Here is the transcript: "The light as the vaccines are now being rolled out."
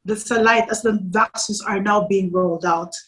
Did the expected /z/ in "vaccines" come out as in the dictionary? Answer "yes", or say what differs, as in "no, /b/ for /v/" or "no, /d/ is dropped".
no, /s/ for /z/